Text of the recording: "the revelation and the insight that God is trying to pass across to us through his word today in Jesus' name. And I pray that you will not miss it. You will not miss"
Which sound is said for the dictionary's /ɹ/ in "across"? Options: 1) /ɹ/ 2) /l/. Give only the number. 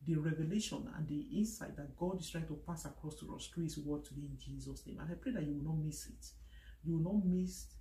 1